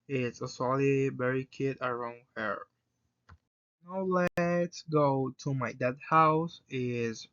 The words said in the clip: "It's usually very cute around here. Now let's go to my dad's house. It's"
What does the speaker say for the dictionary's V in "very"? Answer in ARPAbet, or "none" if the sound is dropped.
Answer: B